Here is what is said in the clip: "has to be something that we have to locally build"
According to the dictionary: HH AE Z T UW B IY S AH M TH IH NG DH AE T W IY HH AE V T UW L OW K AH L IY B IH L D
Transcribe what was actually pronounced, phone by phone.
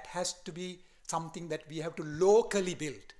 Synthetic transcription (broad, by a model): HH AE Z T UW B IY S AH M T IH NG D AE T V IY HH AE V T UW L OW K AH L IY B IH L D